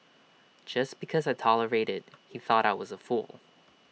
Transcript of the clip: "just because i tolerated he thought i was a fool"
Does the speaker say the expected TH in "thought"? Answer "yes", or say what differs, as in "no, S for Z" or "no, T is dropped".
yes